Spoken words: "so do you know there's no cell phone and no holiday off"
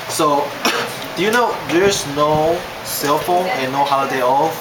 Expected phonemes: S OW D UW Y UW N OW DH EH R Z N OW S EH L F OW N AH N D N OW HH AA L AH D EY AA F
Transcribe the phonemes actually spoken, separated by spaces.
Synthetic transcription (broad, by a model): S OW D UW Y UW N OW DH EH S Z N OW S EH L F OW N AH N N OW HH AA AH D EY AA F